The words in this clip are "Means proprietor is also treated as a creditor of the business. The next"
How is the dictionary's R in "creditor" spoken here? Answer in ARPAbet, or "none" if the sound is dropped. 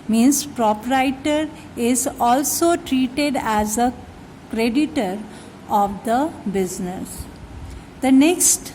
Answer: R